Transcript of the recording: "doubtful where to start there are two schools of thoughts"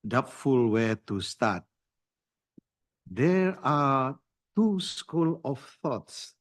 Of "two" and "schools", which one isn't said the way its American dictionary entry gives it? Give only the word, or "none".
schools